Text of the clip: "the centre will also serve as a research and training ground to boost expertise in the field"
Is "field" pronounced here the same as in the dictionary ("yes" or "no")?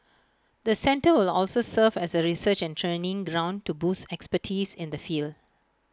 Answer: yes